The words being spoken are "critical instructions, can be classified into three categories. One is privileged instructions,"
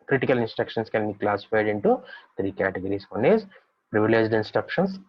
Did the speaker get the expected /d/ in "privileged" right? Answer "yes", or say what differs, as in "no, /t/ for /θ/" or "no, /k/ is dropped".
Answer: yes